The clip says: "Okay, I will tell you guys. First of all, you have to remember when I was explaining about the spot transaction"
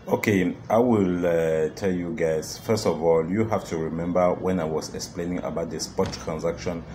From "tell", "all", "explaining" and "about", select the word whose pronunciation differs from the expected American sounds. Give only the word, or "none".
none